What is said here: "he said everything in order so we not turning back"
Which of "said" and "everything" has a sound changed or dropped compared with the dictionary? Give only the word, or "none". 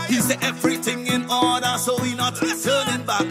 none